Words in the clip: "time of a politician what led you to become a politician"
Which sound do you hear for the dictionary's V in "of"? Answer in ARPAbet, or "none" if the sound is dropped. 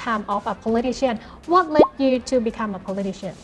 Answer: F